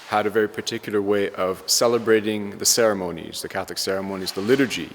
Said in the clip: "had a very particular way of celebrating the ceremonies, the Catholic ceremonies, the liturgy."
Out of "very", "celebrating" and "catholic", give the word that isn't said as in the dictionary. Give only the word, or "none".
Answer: none